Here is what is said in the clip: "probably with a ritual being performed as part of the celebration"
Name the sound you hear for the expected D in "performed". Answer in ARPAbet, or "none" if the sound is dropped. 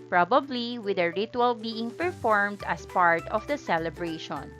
D